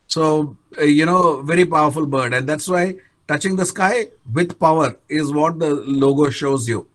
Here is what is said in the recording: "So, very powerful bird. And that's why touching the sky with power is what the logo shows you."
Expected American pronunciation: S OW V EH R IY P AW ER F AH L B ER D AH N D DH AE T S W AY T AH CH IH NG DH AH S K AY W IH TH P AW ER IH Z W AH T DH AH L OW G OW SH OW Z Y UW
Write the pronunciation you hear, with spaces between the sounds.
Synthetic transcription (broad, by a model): S OW V EH R IY P AW ER F AH L B ER D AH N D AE T S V AY T AH CH IH NG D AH S K AY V IH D P AW ER IH Z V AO T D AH L OW G OW SH OW Z Y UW